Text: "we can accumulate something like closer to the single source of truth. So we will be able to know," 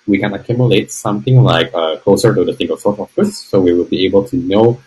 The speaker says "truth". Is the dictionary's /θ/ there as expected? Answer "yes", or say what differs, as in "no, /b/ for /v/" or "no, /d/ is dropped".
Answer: no, /s/ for /θ/